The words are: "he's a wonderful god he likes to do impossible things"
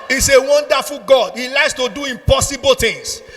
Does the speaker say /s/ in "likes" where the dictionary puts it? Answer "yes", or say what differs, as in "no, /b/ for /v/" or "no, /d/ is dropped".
yes